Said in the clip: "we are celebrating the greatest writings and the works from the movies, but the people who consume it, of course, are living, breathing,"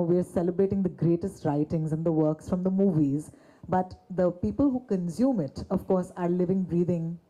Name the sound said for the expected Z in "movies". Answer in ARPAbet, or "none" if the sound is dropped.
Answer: Z